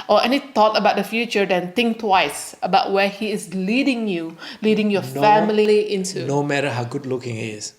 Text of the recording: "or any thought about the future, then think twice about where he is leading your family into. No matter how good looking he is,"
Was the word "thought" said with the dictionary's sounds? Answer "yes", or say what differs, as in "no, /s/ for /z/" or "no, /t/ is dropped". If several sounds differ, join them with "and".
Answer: no, /t/ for /θ/